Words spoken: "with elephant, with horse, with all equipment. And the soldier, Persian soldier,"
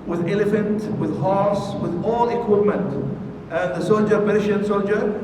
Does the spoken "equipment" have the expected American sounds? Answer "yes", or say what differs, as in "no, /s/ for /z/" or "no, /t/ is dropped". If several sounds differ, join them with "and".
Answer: yes